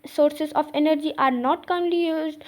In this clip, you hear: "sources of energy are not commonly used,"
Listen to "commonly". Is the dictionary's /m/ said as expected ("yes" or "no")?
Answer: no